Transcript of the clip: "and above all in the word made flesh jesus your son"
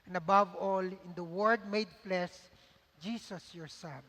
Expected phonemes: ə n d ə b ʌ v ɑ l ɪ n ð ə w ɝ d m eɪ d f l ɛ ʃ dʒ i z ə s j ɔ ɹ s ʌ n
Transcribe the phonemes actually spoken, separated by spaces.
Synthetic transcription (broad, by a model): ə n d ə b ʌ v ɑ l ɪ n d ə w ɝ d m eɪ d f l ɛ s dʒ i s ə s j ɔ ɹ s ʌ n